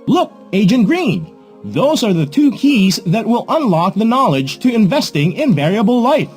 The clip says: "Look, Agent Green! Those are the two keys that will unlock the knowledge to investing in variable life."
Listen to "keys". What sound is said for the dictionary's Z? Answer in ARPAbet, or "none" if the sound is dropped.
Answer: Z